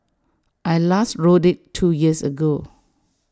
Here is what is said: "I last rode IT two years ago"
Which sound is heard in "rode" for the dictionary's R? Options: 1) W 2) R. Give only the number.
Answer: 2